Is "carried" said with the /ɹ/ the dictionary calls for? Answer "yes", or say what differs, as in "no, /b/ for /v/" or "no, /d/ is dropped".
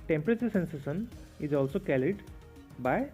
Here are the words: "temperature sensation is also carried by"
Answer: no, /l/ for /ɹ/